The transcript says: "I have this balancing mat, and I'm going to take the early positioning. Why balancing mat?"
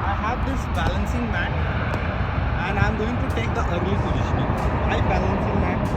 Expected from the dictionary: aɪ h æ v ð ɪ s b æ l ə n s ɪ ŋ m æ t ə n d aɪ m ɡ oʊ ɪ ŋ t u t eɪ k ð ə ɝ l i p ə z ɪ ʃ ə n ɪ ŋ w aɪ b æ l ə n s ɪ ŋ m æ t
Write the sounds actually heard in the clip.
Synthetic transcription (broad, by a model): aɪ h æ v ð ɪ s b æ l ə n s ɪ ŋ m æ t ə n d aɪ m ɡ oʊ ɪ ŋ t u t eɪ k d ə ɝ i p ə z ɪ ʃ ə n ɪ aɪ b æ l ə n s ɪ ŋ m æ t